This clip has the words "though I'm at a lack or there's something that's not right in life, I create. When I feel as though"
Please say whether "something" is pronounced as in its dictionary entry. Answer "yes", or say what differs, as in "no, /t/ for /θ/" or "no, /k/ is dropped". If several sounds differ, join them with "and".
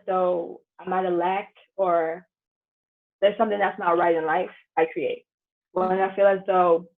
yes